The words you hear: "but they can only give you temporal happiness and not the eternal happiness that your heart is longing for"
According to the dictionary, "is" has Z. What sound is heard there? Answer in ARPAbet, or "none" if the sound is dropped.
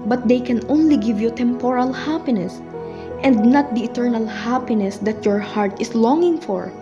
S